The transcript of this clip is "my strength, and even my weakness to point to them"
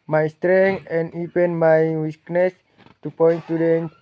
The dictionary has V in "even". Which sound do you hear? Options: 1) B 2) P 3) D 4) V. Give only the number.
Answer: 2